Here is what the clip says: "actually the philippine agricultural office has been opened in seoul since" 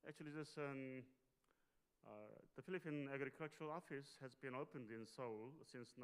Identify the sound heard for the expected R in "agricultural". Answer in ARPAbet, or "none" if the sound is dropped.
R